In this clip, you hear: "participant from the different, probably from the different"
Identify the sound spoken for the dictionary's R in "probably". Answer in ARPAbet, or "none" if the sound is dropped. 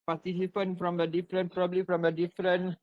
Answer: R